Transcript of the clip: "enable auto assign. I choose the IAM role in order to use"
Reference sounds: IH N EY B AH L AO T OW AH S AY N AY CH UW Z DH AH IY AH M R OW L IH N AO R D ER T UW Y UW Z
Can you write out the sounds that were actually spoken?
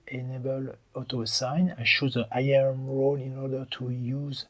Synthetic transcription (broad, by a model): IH N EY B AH L AO T OW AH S AY N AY SH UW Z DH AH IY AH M R OW L IH N AO R D ER T UW Y UW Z